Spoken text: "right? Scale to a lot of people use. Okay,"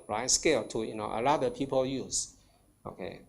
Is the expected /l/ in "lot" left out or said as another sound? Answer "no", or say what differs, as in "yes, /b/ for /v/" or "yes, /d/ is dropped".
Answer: yes, /n/ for /l/